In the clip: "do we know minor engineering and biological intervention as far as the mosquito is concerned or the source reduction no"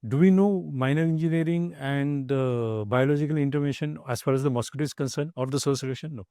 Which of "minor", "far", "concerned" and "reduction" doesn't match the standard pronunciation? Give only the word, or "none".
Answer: reduction